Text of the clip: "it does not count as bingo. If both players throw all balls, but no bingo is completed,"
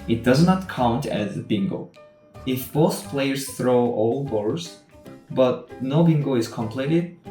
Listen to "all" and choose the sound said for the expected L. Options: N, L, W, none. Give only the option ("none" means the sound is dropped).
L